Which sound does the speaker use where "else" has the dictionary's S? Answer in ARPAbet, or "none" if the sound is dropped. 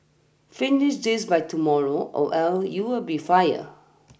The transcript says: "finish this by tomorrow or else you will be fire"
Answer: none